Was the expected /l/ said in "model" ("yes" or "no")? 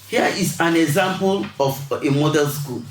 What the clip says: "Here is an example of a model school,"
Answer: no